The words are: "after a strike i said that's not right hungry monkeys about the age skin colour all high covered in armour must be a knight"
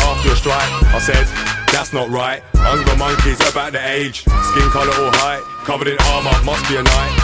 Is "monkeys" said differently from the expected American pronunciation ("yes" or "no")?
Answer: no